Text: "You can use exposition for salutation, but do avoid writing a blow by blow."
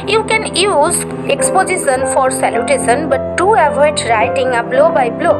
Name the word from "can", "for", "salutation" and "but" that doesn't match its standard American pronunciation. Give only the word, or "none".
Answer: salutation